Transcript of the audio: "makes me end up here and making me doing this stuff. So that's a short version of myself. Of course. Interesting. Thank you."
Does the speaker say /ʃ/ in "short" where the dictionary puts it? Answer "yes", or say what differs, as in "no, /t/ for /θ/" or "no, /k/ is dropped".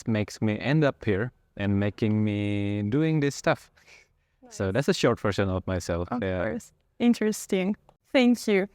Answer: yes